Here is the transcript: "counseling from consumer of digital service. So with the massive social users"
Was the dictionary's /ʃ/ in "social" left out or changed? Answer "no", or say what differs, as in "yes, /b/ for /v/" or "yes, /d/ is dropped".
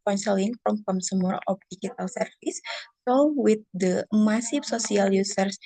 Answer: yes, /s/ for /ʃ/